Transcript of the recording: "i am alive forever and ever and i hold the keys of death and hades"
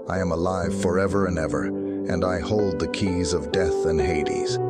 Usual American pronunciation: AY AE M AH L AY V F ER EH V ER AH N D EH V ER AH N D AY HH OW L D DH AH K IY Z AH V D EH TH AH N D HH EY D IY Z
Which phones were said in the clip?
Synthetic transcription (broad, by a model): AY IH M AH L AY V F ER EH V ER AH N EH V ER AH N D AY HH OW L D DH AH K IY Z AH V D EH TH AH N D HH EY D IY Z